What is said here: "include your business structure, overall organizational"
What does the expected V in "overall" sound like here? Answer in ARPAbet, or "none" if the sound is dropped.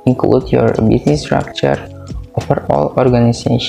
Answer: F